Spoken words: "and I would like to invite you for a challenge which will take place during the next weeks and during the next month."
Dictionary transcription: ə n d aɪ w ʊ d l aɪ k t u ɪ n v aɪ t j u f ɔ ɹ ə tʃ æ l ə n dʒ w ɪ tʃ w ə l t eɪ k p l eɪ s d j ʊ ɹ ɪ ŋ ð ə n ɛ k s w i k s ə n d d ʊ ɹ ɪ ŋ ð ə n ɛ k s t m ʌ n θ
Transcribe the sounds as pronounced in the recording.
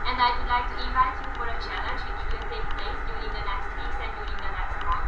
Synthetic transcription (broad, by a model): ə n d aɪ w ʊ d l aɪ k t u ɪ v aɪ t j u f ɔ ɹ ə tʃ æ l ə n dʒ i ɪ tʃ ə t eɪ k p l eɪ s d j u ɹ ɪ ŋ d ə n ɛ k s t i s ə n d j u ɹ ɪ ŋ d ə n ɛ k s t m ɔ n